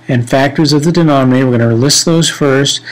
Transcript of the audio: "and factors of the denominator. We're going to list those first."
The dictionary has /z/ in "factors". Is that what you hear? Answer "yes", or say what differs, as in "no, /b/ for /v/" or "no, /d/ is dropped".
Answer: yes